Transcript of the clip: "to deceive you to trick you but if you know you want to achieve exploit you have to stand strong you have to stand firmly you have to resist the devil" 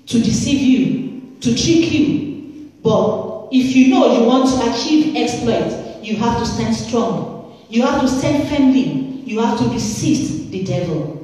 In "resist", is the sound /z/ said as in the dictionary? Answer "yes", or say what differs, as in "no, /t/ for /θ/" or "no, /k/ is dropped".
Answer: no, /s/ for /z/